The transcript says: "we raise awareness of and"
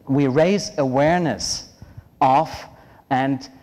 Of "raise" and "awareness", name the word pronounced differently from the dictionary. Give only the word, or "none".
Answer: none